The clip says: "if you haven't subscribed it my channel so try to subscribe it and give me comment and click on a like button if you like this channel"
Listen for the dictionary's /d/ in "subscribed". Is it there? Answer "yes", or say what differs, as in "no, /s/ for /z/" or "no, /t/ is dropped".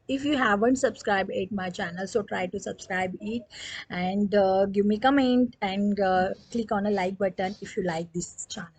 no, /d/ is dropped